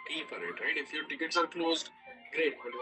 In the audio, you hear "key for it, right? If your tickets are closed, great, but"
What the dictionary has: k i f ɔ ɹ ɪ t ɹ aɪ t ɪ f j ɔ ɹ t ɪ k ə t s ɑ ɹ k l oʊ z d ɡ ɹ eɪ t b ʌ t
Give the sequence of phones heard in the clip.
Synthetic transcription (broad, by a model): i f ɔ ɹ ɪ t ɹ aɪ t ɪ f j ɔ ɹ t ɪ k ə t s ɑ ɹ k l oʊ z d ɡ ɹ eɪ t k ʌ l